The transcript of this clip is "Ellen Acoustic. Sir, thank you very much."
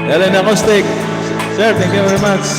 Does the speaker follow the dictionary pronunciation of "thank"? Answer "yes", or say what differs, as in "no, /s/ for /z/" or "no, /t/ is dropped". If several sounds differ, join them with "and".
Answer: no, /t/ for /θ/